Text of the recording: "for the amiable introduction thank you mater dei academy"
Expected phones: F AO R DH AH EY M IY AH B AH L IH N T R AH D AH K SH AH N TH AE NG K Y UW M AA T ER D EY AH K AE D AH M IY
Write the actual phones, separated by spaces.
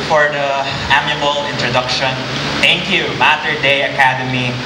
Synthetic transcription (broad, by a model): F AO R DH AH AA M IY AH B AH L IH N T R AH D AH K SH AH N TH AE NG K Y UW M AA T ER D EY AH K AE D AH M IY